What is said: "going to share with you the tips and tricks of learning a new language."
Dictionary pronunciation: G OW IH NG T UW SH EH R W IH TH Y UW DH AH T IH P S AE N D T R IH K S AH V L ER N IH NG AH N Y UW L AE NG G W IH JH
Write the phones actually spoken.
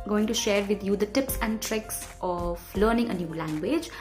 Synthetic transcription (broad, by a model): G OW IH NG T UW SH EH R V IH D Y UW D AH T IH P S AE N D T R IH K S AH V L ER N IH NG AH N Y UW L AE NG G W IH JH